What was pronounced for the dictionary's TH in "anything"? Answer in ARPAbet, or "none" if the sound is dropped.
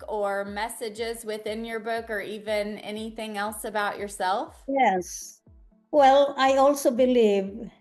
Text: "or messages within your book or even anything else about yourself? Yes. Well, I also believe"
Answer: TH